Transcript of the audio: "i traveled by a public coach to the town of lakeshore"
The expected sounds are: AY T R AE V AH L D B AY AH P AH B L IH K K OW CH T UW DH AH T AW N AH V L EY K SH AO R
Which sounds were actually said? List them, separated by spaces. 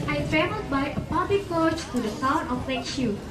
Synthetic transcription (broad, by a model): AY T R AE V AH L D B AY AH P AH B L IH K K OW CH T UW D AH S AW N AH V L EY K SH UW